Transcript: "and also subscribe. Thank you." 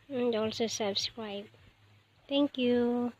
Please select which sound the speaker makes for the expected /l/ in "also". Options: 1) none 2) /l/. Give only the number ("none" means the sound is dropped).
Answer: 2